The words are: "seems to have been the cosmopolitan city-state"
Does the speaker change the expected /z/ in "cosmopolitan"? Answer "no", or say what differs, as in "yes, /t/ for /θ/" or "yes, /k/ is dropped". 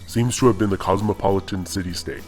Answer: no